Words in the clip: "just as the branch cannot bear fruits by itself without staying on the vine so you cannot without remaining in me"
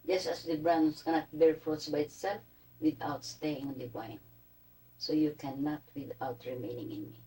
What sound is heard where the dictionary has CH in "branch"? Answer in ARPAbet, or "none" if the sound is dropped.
S